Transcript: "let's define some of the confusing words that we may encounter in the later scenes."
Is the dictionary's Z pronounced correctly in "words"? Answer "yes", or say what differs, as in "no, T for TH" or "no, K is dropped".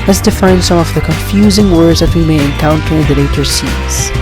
yes